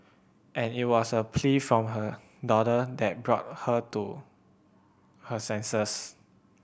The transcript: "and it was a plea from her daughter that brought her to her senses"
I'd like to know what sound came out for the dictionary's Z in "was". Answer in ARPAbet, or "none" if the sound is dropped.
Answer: S